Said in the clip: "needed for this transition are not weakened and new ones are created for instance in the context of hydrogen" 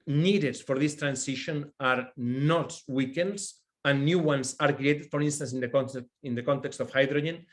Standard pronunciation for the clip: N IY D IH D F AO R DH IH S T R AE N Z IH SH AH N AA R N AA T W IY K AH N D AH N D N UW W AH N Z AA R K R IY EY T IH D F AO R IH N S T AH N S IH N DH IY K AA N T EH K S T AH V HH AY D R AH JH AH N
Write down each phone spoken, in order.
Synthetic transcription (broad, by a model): N IY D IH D F AO R DH IH S T R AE N S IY SH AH N AA R N AA T W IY K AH N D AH N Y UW W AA N S AA R K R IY EY T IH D F AO R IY N S T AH N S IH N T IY K AA N T EH K S T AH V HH AY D R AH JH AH N